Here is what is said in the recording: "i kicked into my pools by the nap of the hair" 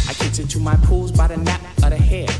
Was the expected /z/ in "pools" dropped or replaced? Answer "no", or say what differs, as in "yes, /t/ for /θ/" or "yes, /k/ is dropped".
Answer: no